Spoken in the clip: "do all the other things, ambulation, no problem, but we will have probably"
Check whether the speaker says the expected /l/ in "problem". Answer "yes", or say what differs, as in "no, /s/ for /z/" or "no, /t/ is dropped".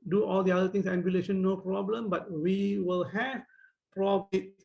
yes